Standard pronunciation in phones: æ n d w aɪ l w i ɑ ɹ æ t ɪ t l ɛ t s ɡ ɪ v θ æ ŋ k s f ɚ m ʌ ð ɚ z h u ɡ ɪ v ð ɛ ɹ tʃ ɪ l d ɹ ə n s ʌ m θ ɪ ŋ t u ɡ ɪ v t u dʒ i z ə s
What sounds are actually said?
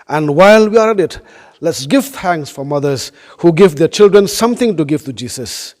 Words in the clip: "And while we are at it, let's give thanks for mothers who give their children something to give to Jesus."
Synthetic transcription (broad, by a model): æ n d w aɪ l w i ɑ ɹ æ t ɪ t l ɛ t s ɡ ɪ v t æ ŋ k s f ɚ m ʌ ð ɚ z h u ɡ ɪ v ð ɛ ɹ tʃ ɪ l d ɹ ə n s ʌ m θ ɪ ŋ t u ɡ ɪ v t u dʒ i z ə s